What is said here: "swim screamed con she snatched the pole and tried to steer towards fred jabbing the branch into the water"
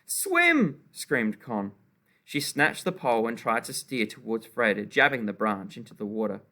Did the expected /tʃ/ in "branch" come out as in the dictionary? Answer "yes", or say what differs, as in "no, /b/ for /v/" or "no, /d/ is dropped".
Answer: yes